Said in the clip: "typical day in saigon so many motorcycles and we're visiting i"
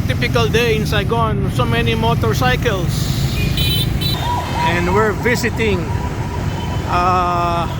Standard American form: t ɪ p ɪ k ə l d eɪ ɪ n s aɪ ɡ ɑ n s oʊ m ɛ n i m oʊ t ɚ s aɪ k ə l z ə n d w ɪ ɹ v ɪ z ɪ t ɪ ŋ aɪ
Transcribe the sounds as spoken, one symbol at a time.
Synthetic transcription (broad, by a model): t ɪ p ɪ k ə l d eɪ ɪ n s aɪ ɡ ɑ n s oʊ m ɛ n i m oʊ t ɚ s aɪ k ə l s ə n d w ɪ ɹ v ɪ s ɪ t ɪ ŋ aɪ